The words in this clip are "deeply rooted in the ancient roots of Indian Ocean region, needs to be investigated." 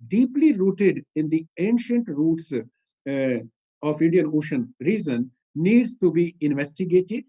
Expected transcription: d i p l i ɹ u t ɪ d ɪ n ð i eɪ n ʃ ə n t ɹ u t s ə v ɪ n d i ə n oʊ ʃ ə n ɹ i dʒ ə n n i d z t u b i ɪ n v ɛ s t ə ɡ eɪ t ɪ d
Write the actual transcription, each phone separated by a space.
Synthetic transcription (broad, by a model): d i p l i ɹ u t ɪ d ɪ n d i eɪ n ʃ ə n t ɹ u t s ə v ɪ n d i ə n oʊ ʃ ə n ɹ i z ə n n i d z t u b i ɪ n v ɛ s t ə ɡ eɪ t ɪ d